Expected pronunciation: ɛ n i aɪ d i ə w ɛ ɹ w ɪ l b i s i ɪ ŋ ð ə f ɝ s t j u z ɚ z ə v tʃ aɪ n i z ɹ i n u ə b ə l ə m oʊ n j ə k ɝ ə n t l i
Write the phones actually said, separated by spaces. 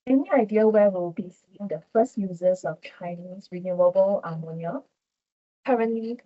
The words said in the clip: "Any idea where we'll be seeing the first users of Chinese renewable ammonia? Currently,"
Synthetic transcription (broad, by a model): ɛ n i aɪ d i ə w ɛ w ɪ l b i s i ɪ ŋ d ə f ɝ s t j u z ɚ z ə f tʃ aɪ n i s ɹ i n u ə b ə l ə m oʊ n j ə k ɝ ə n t l i